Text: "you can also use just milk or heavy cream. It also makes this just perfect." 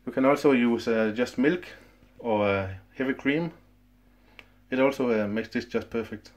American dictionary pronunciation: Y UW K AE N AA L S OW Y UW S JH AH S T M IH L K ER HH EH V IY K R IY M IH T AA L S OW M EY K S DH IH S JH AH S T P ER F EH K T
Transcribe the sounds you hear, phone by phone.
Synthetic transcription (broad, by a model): Y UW K AE N AA L S OW Y UW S JH AH S T M IH L K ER HH EH V IY K R IY M IH T AA L S OW M EY K S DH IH S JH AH S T P ER F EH K T